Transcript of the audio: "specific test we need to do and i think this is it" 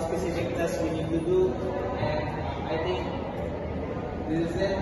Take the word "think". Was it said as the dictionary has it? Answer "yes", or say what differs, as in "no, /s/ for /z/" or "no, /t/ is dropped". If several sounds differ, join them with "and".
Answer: no, /t/ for /θ/